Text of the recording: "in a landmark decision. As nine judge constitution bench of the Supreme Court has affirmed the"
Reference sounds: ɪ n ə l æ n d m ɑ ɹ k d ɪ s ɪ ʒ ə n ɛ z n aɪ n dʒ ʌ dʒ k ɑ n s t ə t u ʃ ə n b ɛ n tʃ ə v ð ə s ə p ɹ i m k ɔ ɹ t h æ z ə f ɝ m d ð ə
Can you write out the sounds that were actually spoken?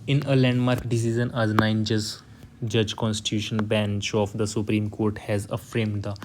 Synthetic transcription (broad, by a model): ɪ n ə l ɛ n d m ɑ ɹ k d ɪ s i z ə n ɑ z n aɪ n dʒ ʌ dʒ k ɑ n s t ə t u ʃ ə n b ɛ n tʃ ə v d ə s ə p ɹ i m k ɔ ɹ t h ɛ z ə f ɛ m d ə